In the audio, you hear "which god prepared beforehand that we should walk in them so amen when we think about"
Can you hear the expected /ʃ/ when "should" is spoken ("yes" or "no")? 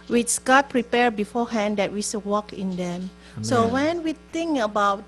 no